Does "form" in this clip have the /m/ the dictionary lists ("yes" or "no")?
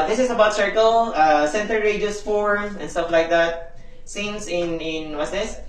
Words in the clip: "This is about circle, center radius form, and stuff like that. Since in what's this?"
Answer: no